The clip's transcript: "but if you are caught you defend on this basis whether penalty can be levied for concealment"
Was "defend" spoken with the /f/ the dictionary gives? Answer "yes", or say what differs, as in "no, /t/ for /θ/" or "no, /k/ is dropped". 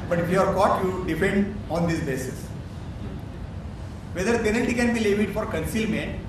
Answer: no, /p/ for /f/